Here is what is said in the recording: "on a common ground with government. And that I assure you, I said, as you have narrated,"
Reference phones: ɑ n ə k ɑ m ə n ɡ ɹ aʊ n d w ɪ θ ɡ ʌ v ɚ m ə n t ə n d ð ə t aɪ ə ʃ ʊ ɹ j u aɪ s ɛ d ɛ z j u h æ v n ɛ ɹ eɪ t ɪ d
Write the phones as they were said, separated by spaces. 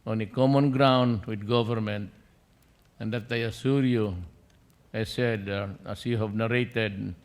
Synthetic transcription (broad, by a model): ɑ n ə k ɑ m ə n ɡ ɹ aʊ n d w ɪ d ɡ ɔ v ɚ m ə n t ə n d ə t aɪ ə s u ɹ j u aɪ s ɛ d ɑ s j u h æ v n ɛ ɹ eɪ t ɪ d